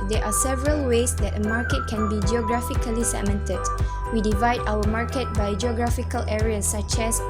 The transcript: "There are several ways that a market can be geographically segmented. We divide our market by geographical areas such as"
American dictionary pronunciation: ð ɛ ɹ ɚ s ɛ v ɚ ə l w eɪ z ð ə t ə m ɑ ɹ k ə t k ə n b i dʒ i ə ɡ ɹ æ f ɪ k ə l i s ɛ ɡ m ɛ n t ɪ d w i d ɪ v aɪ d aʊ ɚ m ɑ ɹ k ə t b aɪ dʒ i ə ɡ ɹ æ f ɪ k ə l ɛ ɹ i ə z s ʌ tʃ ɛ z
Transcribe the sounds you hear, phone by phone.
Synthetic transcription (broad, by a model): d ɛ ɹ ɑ s ɛ v ɚ ə l w eɪ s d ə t ə m ɑ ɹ k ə t k ə n b i dʒ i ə ɡ ɹ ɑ f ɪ k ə l i s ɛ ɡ m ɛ n t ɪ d w i d ɪ v aɪ d aʊ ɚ m ɑ ɹ k ə t b aɪ dʒ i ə ɡ ɹ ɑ f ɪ k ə l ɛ ɹ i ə s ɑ tʃ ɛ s